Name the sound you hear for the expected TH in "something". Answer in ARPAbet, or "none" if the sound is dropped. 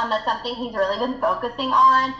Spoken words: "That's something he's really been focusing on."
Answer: TH